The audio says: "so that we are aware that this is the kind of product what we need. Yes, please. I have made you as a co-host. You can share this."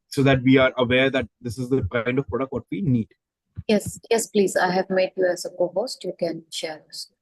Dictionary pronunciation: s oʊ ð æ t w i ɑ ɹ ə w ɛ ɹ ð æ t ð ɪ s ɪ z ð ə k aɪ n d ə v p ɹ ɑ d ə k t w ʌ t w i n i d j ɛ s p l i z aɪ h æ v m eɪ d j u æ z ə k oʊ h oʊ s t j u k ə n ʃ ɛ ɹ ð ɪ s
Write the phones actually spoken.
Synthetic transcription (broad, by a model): s oʊ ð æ t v i ɑ ɹ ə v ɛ ɹ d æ t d ɪ s ɪ z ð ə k aɪ n d ə v p ɹ ɑ d ə k t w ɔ t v i n i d j ɛ s p l i z aɪ h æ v m eɪ d j u æ z ə k oʊ h oʊ s t j u k ə n ʃ ɛ ɹ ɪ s